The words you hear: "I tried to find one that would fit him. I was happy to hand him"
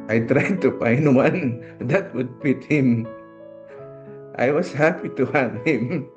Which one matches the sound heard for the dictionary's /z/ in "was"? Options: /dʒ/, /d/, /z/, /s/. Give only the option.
/s/